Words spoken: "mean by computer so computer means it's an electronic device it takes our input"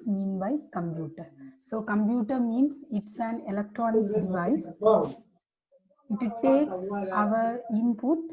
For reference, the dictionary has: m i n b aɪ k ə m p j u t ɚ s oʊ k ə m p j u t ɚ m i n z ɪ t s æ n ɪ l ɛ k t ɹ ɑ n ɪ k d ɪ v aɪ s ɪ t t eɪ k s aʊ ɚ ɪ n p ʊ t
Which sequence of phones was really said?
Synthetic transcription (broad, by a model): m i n b aɪ k ə m p j u t ɚ s oʊ k ə m p j u t ɚ m i n s ɪ t s æ n ɪ l ɛ k t ɹ ɑ n ɪ k d ɪ v aɪ s ɪ t t eɪ k s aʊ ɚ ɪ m p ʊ t